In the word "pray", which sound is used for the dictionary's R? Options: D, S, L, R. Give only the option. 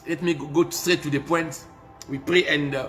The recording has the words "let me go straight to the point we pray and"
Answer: R